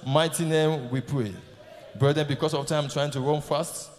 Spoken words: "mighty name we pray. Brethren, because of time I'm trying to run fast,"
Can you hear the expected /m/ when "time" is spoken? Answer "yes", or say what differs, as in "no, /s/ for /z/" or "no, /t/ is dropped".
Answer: no, /m/ is dropped